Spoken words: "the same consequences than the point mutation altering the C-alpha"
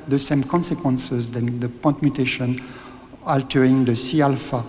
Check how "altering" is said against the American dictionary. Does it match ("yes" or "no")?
yes